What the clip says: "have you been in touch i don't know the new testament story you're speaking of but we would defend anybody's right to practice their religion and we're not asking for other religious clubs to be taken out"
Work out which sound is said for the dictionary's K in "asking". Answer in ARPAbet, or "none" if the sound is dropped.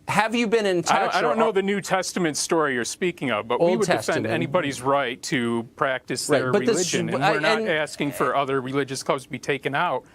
K